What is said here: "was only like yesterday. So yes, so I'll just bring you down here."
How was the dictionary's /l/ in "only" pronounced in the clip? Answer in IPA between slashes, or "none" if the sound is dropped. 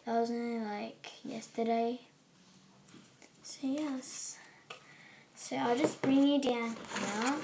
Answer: none